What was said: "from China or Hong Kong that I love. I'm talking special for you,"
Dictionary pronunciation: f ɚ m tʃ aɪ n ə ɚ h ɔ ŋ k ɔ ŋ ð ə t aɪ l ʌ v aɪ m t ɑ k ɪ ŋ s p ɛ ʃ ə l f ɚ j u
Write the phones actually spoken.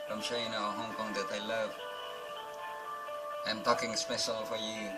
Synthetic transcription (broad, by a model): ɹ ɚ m ʃ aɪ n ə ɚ h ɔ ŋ k ɔ ŋ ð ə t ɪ l ʌ v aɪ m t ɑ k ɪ ŋ s p ɛ ʃ ə l f ɚ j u